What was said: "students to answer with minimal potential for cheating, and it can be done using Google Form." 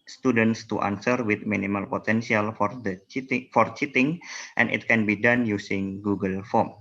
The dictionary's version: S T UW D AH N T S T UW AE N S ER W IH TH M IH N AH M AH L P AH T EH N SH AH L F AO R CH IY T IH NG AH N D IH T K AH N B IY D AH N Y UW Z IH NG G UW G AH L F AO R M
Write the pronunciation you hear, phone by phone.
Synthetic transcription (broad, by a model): S T UW D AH N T S T UW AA N S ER W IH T M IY N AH M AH L P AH T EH N S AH L F AO R CH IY T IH NG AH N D IH T K AH N B IY D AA N Y UW S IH NG G UW G AH L F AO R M